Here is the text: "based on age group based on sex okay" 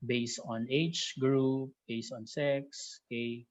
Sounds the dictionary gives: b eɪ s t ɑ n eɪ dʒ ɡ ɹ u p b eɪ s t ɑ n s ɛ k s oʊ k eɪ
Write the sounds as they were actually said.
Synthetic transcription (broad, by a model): b eɪ s t ɑ n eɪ tʃ ɡ ɹ u p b eɪ s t ɑ n s ɛ k s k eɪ